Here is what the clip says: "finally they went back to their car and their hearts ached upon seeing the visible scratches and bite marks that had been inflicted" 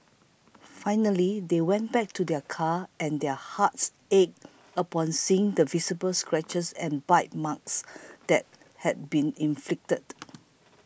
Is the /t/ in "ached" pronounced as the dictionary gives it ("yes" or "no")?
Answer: no